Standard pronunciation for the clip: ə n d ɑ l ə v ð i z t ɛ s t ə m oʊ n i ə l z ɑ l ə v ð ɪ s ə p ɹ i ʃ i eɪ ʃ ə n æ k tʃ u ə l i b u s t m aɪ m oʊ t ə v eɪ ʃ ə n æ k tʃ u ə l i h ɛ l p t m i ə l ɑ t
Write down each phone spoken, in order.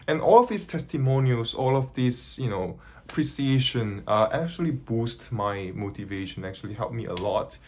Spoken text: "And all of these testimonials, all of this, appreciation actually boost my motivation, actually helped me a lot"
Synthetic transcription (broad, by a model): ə n ɑ l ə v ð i s t ɛ s t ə m oʊ n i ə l s ɑ l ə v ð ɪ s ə p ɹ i s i eɪ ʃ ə n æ k tʃ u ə l i b u s t m aɪ m oʊ t ə v eɪ ʃ ə n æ k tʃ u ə l i h ɛ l p m i ə l ɑ t